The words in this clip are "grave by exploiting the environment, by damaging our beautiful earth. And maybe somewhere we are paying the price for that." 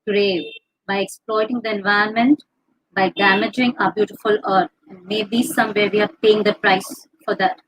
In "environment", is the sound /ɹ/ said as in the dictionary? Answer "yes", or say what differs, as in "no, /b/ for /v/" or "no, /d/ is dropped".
no, /ɹ/ is dropped